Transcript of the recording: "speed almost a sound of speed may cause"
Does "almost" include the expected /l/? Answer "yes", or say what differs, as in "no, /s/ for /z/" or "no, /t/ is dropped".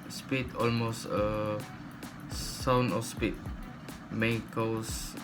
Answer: yes